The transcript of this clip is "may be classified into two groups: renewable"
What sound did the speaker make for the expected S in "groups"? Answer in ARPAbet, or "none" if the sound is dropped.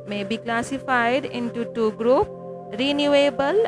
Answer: none